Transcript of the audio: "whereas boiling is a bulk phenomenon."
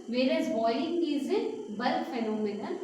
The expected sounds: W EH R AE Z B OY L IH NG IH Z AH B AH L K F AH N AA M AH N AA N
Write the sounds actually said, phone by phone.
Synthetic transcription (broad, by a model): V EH R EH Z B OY IH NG IH Z AH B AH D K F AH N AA M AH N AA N